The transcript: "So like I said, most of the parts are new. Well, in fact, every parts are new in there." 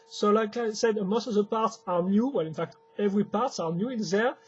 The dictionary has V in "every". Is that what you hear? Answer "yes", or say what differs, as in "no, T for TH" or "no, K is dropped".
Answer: yes